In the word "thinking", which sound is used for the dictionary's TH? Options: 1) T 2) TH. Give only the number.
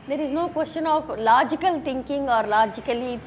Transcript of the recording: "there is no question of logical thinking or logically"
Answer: 1